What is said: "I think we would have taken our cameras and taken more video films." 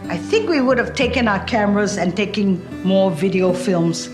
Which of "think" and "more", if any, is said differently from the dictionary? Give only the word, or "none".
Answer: none